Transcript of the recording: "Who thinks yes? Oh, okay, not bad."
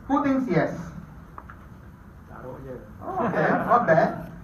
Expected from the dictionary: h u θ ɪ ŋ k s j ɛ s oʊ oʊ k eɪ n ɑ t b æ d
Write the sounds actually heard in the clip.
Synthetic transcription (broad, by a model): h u t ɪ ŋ s j ɛ s oʊ oʊ k eɪ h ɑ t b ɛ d